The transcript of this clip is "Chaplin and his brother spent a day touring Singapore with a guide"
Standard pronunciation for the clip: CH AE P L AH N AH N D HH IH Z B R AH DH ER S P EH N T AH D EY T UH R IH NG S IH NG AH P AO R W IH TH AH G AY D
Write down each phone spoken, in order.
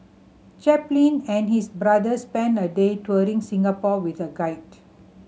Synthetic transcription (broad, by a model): CH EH P L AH N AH N HH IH S B R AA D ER S P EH N AH D EY T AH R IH NG S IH NG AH P AO W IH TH AH G AY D